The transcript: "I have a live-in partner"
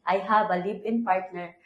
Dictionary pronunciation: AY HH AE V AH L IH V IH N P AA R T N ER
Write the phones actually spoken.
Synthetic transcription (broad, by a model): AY HH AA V AH L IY B IH N P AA R T N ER